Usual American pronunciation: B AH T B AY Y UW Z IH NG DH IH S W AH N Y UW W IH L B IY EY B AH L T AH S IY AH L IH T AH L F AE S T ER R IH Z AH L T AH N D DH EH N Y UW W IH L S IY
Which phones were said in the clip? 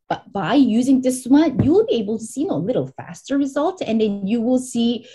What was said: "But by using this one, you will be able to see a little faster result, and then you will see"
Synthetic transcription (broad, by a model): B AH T B AY Y UW Z IH NG DH IH S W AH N Y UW W IH L B IY EY B L T AH S IY AH L IH T L F AE S T ER R IH Z AH L T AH N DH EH N Y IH W IH L S IY